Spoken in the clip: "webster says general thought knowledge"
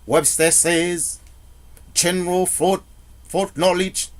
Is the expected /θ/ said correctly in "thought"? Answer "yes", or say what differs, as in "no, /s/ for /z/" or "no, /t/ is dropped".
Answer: no, /f/ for /θ/